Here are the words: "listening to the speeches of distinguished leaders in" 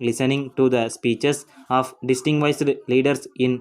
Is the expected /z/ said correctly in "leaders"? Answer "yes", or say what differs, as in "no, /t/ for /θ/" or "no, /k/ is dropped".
no, /s/ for /z/